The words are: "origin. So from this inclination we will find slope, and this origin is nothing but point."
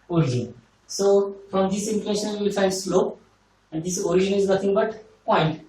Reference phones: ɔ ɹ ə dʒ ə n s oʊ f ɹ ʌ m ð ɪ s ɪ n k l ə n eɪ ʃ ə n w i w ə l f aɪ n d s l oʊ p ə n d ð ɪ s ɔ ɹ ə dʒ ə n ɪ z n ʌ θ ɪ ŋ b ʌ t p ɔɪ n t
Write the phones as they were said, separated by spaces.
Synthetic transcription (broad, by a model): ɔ ɹ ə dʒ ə n s oʊ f ɹ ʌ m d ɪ s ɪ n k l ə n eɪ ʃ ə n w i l f aɪ n d s l oʊ p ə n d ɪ s ɔ ɹ ə dʒ ə n ɪ z n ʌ t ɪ ŋ b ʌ t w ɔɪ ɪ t